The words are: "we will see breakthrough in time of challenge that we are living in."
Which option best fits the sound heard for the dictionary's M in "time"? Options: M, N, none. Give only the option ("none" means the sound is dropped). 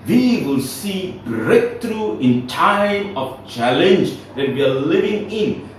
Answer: M